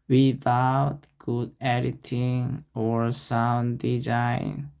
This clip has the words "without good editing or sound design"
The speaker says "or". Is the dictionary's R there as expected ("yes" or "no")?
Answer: yes